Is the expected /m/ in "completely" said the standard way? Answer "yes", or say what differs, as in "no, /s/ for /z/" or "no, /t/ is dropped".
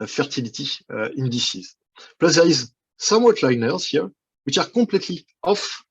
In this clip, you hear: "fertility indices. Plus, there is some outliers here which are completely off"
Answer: no, /m/ is dropped